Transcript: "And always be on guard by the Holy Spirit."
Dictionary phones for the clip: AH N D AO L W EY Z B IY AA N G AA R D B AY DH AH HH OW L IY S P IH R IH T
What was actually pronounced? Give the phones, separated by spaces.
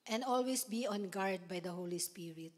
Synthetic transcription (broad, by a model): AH N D AO L W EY S B IY AA N G AA R D B AY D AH HH OW L IY S P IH R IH T